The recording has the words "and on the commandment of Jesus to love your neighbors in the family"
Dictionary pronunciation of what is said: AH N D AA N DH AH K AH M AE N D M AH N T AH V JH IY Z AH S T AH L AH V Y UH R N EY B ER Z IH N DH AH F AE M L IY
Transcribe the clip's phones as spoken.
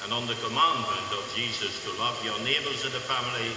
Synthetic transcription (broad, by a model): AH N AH N DH AH K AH M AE N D M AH N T AH V JH IY Z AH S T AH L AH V Y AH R N EY B ER Z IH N DH AH F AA M L IY